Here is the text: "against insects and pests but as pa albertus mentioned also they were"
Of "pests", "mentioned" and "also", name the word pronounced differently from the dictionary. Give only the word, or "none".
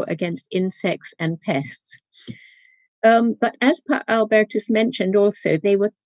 none